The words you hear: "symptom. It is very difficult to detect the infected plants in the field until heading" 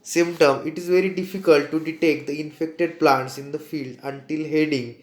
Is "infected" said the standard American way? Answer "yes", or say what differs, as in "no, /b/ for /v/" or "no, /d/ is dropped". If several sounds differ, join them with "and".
yes